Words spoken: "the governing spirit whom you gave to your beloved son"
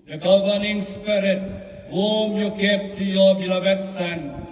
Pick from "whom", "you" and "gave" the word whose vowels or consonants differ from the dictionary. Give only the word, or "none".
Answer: gave